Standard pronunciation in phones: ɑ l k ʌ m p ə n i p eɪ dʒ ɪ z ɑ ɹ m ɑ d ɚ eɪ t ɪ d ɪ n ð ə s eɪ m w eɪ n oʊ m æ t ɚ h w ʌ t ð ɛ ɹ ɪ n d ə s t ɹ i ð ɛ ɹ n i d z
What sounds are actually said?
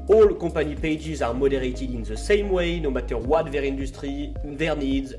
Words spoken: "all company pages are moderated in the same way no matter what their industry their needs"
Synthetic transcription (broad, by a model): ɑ l k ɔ p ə n i p eɪ dʒ ɪ z ɑ ɹ m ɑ d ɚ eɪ t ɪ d ɪ n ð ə s eɪ m w eɪ n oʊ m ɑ t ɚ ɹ w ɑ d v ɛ ɹ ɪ n d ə s t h i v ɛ ɹ n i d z